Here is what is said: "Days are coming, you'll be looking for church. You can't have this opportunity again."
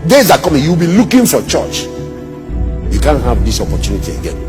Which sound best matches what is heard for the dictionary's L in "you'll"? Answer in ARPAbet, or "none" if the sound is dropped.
W